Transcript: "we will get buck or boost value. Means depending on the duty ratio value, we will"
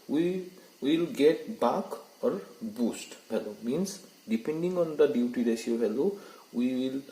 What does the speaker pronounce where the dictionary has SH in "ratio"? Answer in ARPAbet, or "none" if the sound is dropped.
S